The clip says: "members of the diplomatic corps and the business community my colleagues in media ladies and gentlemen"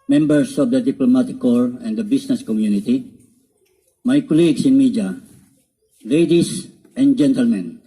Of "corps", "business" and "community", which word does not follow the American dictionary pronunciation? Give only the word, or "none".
business